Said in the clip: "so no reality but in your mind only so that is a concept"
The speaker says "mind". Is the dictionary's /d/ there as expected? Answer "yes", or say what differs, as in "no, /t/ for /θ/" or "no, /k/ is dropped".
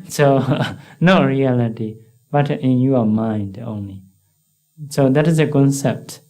yes